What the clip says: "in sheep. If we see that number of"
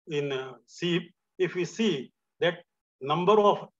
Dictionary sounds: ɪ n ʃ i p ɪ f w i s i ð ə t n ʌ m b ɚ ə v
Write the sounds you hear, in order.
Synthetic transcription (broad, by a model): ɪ n s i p ɪ f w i s i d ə t n ʌ m b ɚ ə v